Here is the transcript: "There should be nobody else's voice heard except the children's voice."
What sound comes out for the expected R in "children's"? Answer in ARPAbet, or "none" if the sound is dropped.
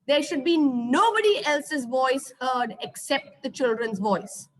R